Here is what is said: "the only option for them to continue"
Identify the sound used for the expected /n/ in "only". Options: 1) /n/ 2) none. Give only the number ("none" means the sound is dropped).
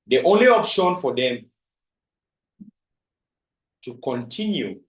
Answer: 1